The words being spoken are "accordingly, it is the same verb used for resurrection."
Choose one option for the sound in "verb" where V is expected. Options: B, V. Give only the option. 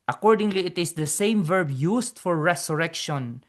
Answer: V